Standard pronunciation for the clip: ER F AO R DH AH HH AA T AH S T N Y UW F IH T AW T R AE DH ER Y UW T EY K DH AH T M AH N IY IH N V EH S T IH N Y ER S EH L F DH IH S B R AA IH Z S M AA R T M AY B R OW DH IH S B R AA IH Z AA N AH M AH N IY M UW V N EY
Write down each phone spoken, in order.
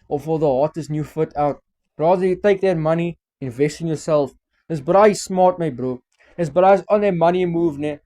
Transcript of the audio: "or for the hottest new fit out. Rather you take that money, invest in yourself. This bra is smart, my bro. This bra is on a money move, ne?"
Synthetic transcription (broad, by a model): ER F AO L DH AH HH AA T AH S N Y UW F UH T AW T R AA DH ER Y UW T EY K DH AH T M AH N IY IH N V EH S T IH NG Y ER S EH L F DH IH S B R AA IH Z S M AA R T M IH B R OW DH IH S B R AA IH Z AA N AH M AH N IY M UW V N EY